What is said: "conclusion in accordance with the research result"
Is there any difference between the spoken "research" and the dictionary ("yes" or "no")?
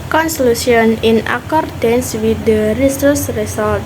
yes